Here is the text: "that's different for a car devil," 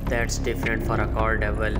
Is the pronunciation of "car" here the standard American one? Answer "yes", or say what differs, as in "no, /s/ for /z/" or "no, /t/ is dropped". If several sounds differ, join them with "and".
no, /l/ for /ɹ/